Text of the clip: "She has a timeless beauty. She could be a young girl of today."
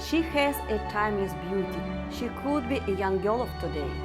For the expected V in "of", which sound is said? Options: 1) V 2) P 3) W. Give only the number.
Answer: 2